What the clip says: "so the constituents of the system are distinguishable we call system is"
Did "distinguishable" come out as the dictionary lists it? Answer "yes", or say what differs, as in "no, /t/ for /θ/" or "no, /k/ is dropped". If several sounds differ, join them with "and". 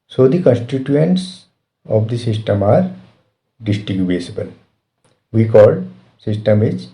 no, /ŋ/ is dropped